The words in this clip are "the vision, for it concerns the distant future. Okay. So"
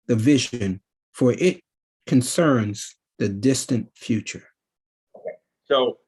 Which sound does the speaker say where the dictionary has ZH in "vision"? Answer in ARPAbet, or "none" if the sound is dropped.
ZH